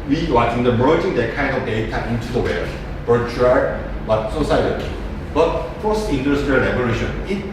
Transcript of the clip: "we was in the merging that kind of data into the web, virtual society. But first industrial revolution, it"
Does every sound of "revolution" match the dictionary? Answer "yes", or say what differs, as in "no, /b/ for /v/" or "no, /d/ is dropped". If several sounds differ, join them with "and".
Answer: no, /b/ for /v/